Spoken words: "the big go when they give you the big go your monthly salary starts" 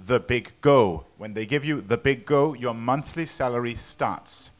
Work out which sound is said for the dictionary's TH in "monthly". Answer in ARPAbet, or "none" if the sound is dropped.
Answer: TH